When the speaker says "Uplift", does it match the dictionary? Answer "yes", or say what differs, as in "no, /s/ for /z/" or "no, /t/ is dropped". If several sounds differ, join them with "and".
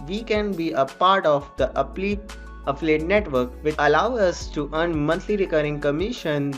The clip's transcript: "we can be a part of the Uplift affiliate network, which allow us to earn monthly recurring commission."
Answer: no, /f/ is dropped